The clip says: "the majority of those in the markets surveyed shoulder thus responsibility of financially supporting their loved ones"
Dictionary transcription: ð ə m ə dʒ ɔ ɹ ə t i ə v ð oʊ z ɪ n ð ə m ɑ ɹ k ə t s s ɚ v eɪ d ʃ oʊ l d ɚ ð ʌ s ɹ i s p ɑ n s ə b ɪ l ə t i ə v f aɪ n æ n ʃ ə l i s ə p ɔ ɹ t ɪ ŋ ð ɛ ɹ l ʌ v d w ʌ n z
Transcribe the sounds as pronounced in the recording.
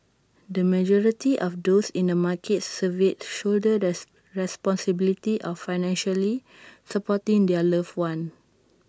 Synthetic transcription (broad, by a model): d ə m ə dʒ ɔ ɹ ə t i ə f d oʊ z ɪ n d ə m ɑ k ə t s s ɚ v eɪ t ʃ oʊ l d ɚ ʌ ɹ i s p ɑ n s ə b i l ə t i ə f aɪ n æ n ʃ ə l i s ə p ɔ t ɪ ŋ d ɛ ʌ l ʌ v w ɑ n